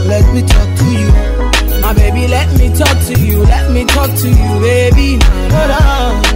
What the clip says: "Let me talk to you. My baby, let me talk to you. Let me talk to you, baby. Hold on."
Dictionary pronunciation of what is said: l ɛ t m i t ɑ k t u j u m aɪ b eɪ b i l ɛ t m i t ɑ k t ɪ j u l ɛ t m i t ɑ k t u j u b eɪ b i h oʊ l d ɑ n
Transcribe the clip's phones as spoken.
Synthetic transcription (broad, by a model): l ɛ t m i t ɑ k t u j u m aɪ b eɪ b i l ɛ t m i t ɑ k t ɪ j u l ɛ t m i t ɑ k t u j u b eɪ b i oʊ d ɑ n